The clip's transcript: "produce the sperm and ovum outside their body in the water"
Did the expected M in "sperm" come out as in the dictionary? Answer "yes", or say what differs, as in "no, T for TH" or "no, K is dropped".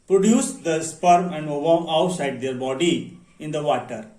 yes